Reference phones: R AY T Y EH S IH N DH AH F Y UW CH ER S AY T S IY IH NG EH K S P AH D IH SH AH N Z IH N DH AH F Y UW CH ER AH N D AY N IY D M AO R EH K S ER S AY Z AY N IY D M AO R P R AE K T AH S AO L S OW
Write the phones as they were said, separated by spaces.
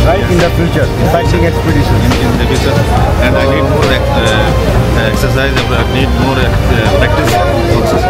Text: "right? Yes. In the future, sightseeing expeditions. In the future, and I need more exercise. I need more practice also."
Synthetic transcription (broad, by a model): R AY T IH N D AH F Y UW CH ER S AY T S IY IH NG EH K S P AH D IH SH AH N IH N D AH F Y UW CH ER AH N D AY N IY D M AO R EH K S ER S AY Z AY N IY D M AO R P R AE K T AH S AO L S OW